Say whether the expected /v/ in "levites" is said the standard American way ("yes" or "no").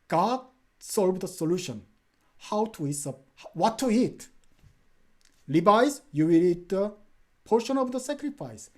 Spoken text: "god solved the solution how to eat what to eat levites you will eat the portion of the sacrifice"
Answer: no